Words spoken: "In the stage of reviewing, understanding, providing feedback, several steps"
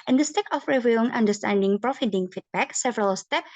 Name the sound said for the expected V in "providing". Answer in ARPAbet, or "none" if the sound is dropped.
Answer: F